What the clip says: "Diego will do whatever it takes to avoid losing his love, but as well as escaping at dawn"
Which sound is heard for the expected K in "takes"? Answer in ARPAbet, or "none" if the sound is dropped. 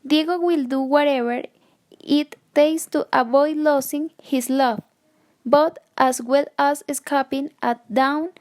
none